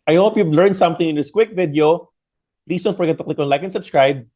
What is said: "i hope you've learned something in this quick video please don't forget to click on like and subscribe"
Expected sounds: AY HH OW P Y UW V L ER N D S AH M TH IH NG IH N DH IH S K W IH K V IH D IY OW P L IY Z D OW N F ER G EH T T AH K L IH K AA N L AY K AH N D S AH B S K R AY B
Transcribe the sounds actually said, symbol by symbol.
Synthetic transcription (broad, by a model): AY HH OW P Y UW V L ER N D S AH M TH IH NG IH N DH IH S K W IH K V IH D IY OW P L IY S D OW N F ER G EH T T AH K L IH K AA N L AY K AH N S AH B S K R AY B